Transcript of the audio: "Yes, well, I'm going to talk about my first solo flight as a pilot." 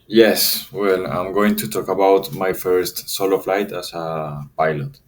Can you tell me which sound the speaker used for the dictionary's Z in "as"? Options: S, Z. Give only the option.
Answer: S